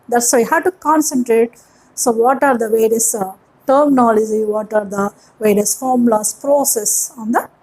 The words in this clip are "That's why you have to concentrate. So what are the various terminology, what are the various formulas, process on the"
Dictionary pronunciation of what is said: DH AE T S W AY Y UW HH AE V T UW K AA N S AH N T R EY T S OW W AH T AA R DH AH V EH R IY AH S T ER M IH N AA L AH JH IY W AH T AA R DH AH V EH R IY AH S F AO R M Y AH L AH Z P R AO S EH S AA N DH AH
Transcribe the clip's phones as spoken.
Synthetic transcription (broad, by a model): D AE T S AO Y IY HH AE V T UW K AA N S AH N T R EY T S OW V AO T AA R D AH V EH R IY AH S T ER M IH N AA L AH JH IY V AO T AA R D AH V EH R IY AH S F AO R M L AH S P R AO S EH S AA N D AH